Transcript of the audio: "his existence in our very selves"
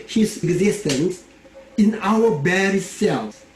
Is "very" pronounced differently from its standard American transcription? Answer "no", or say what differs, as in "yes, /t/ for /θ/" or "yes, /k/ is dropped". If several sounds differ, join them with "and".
yes, /b/ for /v/